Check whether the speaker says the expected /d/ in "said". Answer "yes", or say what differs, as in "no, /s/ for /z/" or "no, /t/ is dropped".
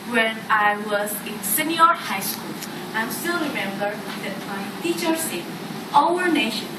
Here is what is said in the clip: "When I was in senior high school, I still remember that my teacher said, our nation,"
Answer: no, /d/ is dropped